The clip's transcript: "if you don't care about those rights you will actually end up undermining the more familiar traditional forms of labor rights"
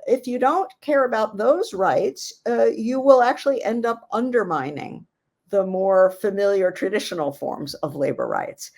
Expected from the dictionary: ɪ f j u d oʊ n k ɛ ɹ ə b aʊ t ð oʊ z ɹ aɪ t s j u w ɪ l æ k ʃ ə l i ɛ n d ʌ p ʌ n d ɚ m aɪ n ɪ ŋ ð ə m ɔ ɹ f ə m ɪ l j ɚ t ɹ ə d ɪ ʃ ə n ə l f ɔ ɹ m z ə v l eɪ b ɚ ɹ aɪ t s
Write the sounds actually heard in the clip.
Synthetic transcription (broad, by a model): ɪ f j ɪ d oʊ n k ɛ ɹ ə b aʊ t ð oʊ z ɹ aɪ t s j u w ɪ l æ k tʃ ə l i ɛ n d ʌ p ʌ n d ɚ m aɪ n ɪ ŋ ð ə m ɔ ɹ f ə m ɪ l j ɚ t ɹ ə d ɪ ʃ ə n l f ɔ ɹ m z ə v l eɪ b ɚ ɹ aɪ t s